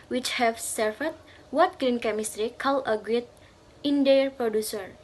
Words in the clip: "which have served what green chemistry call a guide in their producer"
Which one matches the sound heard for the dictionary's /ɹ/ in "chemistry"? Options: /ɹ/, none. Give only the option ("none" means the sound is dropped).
/ɹ/